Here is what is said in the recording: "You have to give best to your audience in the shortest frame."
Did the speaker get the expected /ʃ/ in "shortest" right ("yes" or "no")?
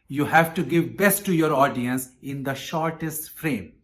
yes